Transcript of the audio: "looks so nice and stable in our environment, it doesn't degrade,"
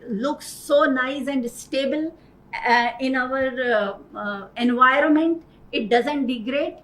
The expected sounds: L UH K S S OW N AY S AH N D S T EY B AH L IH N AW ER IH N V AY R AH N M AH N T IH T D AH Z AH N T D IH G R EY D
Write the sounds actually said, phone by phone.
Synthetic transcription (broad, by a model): L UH K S S OW N AY S AH N D S T EY B AH L IH N AW ER IH N V AY R AH N M AH N T IH T D AH Z AH N T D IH G R EY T